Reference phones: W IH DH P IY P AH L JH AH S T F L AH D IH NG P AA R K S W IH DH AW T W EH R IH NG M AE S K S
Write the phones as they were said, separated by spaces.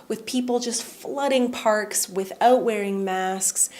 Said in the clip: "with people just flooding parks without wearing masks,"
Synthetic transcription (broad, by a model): W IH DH P IY P L JH AH S T F L AH D IH NG P AA R K S W IH DH AW T W EH R IH NG M AE S K S